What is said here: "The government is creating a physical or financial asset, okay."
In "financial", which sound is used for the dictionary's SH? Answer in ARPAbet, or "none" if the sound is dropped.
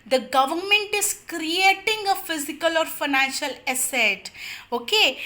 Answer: SH